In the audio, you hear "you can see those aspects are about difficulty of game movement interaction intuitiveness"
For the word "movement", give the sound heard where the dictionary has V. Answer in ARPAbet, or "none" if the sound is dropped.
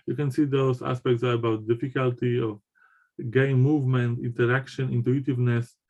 V